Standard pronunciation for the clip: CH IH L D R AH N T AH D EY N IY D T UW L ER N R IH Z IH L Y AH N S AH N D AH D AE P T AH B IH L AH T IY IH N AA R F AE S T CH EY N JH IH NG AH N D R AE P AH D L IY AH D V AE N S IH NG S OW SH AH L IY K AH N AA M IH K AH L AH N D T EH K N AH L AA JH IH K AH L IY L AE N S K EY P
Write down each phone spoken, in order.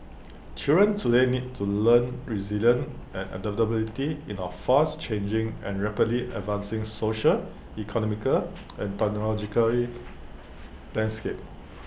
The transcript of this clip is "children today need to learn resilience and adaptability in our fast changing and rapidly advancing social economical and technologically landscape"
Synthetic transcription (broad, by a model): CH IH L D R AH N T AH D EY N IY D T UW L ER N R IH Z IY L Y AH N AH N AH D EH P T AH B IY L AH T IY IH N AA F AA S CH EY N JH IH NG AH N R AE P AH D L IY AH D V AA N S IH NG S OW SH AH L IY K AH N AA M IH K AH L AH N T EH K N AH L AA JH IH K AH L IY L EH N S K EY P